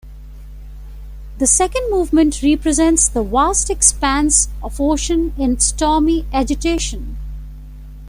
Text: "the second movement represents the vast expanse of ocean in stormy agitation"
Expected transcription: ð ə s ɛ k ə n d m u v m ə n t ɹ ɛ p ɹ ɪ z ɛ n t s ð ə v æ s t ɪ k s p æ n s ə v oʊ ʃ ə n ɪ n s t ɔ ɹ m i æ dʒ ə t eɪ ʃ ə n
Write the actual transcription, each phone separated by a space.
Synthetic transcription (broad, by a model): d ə s ɛ k ə n d m u v m ə n t ɹ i p ɹ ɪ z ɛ n t s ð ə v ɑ s t ɪ k s p æ n s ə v oʊ ʃ ə n ɪ n s t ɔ m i æ dʒ ə t eɪ ʃ ə n